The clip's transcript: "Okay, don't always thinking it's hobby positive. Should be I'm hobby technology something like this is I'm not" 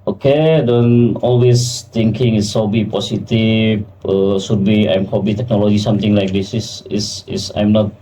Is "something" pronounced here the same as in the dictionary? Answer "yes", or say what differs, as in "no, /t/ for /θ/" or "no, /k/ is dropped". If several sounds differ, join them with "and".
no, /t/ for /θ/